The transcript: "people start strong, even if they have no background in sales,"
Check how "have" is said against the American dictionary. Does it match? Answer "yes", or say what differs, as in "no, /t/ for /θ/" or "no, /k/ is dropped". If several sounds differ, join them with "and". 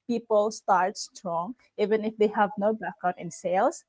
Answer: yes